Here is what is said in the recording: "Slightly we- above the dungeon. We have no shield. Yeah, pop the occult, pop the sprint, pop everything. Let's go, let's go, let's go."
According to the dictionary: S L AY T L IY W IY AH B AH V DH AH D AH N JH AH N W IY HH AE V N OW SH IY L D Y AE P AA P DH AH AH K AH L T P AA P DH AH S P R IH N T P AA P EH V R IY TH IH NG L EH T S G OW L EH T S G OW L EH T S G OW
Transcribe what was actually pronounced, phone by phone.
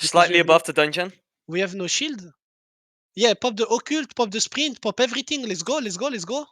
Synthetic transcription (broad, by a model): S L AY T L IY IY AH B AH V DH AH D AH N JH AH N W IY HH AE V N OW SH IY L D Y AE P AA P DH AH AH K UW L T P AA P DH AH S P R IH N T P AA P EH V R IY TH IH NG L EH T S G OW L EH T S G OW L EH T S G OW